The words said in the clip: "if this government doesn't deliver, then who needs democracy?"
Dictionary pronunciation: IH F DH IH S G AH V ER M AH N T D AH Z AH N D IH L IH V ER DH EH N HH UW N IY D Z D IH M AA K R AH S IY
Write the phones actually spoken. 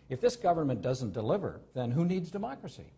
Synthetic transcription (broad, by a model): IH F DH IH S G AH V ER M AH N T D AH Z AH N D IH L IH V ER DH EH N HH UW N IY D Z D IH M AA K R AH S IY